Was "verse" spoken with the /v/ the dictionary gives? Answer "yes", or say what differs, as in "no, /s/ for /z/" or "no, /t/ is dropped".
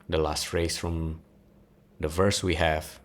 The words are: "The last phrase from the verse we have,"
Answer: yes